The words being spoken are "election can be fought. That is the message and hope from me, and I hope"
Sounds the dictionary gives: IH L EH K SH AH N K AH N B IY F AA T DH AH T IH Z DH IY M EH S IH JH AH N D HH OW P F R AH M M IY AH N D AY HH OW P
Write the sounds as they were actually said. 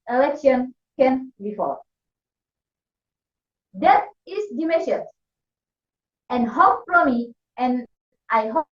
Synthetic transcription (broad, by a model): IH L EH K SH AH N K AH N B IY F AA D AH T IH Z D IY M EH SH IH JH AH N HH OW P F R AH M M IY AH N AY HH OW